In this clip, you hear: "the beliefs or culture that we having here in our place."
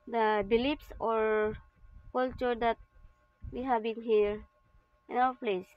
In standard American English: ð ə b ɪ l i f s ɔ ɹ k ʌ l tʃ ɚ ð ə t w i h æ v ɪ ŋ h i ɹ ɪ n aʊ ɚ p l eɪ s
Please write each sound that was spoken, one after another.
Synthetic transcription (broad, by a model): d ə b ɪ l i p s ɔ ɹ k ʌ l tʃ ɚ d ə t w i h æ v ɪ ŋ h i ɹ ɪ n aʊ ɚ p l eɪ s